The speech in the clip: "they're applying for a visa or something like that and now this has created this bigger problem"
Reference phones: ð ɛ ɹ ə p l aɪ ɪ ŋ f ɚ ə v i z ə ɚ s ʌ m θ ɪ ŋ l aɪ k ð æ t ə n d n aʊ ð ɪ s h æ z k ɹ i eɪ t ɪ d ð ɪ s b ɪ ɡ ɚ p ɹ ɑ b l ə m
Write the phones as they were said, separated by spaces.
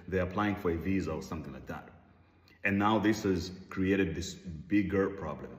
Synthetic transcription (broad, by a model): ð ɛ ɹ ə p l aɪ ɪ ŋ f ɚ ə v i z ə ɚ s ʌ m θ ɪ ŋ l aɪ k ð æ t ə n n aʊ ð ɪ s h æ z k ɹ i eɪ t ɪ d ð ɪ s b ɪ ɡ ɚ p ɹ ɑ b l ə m